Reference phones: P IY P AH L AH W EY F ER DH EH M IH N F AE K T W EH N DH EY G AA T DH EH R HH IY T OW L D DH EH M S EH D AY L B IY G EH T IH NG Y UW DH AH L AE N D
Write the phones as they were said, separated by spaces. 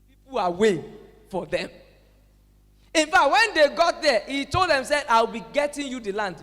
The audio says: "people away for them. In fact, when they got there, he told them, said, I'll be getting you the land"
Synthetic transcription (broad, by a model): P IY P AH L AH W EY F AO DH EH M IH N F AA K T W EH N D EY G AA T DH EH HH IY T OW L D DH EH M S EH AY W B IY G EH T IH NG Y UW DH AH L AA N D